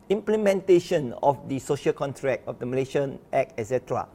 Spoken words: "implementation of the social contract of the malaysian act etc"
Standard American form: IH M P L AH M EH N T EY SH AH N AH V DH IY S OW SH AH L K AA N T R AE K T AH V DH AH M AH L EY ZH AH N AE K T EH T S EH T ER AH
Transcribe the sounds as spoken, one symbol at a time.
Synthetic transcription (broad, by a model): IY M P L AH M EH N T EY SH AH N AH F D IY S OW SH AH L K AA N T R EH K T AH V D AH M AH L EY SH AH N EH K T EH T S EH T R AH